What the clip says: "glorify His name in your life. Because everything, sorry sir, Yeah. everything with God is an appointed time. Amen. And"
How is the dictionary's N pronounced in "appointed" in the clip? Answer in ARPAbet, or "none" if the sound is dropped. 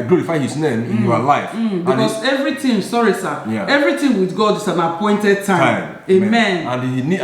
N